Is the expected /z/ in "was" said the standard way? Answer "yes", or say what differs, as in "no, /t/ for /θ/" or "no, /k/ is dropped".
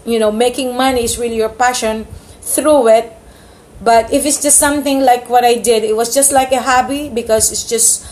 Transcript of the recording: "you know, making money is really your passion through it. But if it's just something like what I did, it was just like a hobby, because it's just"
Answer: no, /s/ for /z/